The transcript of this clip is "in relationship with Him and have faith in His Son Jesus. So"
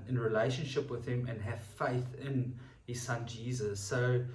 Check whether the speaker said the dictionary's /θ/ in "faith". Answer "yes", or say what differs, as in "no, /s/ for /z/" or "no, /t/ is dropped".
yes